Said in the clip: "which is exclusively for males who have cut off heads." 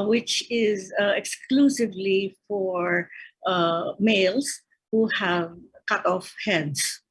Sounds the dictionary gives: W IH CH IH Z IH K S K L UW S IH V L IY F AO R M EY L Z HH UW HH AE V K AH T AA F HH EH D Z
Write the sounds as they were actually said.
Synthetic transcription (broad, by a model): W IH CH IH Z IH K S K L UW S IH V L IY F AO R M EY L S HH UW HH AE V K AH T AA F HH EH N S